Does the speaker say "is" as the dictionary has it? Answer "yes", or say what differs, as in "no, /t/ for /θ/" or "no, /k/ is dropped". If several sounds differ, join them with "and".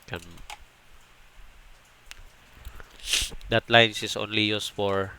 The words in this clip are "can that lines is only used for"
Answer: no, /s/ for /z/